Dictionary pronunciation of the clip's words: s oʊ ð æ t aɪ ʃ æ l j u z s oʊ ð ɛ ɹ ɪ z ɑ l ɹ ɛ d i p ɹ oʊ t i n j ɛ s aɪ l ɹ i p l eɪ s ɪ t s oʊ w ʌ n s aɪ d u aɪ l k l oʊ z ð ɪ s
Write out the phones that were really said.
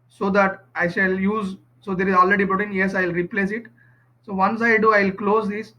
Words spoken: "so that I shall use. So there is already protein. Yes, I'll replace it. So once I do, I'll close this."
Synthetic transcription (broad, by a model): s oʊ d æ t aɪ ʃ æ l j u z s oʊ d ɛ ɹ ɪ z ɑ l ɹ ɛ d i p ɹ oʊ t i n j ɛ s aɪ l ɹ i p l eɪ s ɪ t s oʊ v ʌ n s aɪ d u aɪ l k l oʊ z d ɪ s